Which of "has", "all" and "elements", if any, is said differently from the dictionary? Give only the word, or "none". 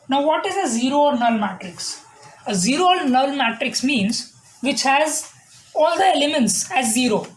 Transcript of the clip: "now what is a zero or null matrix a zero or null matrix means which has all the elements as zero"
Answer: none